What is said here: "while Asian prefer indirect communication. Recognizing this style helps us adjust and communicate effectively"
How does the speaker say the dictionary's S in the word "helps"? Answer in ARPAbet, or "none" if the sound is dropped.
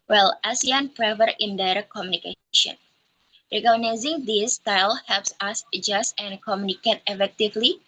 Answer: S